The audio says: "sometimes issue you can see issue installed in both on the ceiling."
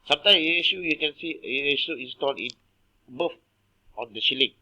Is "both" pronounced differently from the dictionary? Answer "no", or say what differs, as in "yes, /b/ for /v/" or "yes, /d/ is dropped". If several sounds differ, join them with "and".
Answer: yes, /f/ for /θ/